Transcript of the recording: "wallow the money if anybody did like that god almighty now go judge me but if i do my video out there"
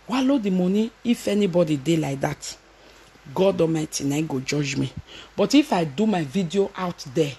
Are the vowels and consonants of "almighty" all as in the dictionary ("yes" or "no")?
no